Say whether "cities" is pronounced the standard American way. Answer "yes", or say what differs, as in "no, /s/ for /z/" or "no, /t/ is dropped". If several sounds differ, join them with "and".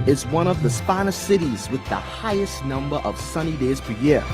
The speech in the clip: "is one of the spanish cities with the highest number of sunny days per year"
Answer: yes